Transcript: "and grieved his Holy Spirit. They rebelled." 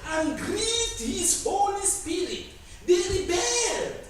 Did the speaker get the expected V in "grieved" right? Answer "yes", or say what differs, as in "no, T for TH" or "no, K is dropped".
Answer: no, V is dropped